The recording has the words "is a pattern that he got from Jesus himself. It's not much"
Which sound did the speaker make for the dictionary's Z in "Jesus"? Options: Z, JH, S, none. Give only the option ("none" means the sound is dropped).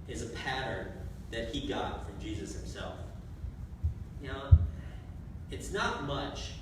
Z